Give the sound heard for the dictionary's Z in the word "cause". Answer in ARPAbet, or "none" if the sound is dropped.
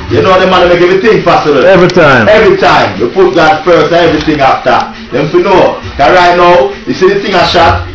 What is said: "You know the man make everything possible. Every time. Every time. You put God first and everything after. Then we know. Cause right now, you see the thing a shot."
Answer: none